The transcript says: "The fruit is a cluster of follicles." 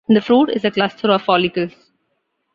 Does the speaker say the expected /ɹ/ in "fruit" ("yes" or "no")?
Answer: yes